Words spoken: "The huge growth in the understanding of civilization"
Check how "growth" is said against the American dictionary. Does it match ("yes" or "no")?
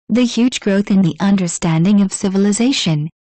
yes